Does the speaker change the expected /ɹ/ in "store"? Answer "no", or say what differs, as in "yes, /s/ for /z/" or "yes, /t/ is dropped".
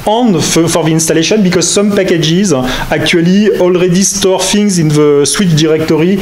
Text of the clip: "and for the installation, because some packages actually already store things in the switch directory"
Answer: no